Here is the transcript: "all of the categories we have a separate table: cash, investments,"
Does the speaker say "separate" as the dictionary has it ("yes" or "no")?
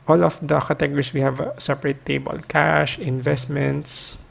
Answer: yes